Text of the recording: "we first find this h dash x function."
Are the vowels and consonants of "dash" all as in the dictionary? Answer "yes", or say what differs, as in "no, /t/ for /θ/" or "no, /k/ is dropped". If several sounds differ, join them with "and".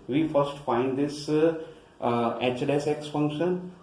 no, /s/ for /ʃ/